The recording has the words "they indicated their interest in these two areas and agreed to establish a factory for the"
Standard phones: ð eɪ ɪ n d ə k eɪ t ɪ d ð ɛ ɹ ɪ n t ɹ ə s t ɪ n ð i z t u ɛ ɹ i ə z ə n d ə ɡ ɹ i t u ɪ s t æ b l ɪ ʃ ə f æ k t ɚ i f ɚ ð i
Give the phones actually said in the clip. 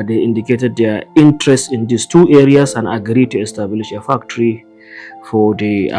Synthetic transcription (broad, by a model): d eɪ ɪ n d ə k eɪ t ɪ d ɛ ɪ n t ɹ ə s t ɪ n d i s t u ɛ ɹ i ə s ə n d ə ɡ ɹ i t u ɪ s t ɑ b l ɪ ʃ ə f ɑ k t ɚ i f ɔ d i